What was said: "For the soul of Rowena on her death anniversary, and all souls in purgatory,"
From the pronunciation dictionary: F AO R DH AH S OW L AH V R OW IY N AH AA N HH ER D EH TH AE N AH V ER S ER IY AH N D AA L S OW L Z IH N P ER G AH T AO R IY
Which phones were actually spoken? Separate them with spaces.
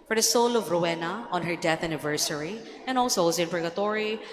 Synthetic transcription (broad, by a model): F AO R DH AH S OW L AH V R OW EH N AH AA N HH ER D EH TH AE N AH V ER S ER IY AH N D AA L S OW Z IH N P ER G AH T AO R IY